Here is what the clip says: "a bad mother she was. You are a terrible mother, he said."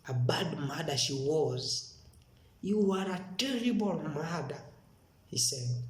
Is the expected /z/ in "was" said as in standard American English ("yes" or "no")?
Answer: yes